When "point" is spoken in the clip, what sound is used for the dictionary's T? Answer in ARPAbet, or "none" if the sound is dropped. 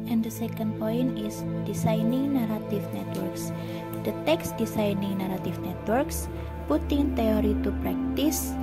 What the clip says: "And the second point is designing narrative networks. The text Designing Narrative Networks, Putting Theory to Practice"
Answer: none